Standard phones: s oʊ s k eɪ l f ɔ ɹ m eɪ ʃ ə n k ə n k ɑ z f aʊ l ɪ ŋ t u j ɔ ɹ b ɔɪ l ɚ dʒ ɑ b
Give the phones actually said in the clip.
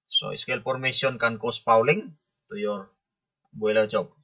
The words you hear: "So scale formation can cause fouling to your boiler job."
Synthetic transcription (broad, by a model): s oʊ s k eɪ l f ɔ ɹ m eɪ s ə n k ə n k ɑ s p aʊ l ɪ ŋ t u j ɔ ɹ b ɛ l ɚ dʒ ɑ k